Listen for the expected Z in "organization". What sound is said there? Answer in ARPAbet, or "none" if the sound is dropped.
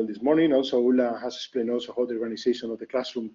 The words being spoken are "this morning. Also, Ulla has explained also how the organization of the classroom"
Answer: S